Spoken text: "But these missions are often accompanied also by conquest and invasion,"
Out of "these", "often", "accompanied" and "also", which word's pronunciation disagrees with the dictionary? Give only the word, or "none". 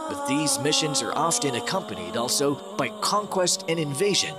none